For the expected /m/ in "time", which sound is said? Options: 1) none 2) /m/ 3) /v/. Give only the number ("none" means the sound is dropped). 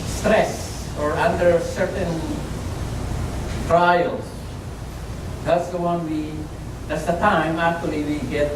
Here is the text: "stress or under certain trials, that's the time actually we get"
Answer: 2